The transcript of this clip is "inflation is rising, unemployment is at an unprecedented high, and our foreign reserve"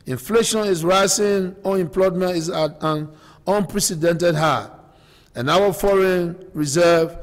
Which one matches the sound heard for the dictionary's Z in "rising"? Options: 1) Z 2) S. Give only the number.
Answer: 2